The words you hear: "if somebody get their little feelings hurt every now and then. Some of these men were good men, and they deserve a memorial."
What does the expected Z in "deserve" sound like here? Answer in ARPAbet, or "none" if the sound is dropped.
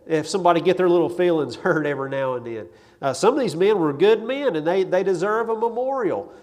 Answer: Z